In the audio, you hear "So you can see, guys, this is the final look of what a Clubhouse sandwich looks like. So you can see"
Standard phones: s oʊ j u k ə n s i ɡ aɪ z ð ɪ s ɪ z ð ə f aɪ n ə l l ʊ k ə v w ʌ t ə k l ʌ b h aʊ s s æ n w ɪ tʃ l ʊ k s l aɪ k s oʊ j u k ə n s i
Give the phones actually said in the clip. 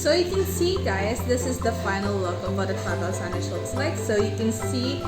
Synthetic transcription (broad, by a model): s oʊ j u k ə n s i ɡ aɪ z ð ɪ s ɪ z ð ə f aɪ n ə l l ʊ k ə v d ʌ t ə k ʌ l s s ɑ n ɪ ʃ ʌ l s l aɪ k s oʊ j u k ə n s i